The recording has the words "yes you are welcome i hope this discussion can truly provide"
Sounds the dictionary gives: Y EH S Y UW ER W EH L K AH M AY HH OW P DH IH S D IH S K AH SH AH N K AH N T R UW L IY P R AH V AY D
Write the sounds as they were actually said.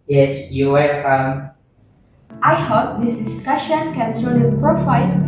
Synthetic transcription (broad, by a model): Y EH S Y UW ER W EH K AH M AY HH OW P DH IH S D IH S K AH SH AH N K AH N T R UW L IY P R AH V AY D